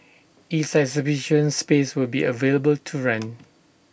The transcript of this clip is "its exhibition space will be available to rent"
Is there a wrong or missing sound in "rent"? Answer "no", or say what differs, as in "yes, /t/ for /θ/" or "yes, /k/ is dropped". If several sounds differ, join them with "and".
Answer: yes, /t/ is dropped